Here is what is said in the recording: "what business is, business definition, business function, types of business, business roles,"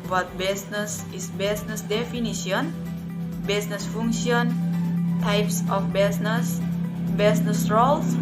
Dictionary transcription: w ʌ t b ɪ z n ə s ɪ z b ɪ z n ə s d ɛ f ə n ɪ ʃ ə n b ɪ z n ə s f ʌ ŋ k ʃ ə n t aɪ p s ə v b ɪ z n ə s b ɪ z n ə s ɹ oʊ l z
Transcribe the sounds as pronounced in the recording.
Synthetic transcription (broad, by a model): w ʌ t b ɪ s n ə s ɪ s b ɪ s n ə s d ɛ f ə n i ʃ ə n b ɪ s n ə s f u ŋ ʃ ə n t aɪ p s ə f b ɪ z n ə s b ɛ s n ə s ɹ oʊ l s